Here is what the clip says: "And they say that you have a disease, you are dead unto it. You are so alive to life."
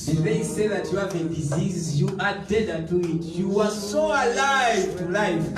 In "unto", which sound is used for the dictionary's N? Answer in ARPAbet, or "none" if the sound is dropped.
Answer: none